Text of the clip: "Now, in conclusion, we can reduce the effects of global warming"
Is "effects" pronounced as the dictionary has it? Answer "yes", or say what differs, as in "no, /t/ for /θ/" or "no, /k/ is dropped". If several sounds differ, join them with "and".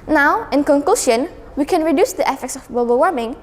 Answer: yes